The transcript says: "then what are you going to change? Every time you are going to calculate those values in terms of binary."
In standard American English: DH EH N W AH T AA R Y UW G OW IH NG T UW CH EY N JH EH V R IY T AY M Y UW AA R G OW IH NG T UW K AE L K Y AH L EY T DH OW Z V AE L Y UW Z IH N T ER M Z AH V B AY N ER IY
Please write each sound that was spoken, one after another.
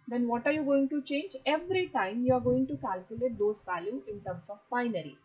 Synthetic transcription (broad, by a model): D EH N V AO T AA R Y UW G OW IH NG T UW CH EY N JH EH V R IY T AY M Y UW AA R G OW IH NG T UW K AE L K Y AH L EY T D OW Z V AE L Y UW IH N T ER M S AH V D AY N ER IY